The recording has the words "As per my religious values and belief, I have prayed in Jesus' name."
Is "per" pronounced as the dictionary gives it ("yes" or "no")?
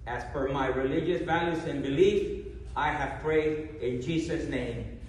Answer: no